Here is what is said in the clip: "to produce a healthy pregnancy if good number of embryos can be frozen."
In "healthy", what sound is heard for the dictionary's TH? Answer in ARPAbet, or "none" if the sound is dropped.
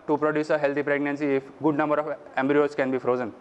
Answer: T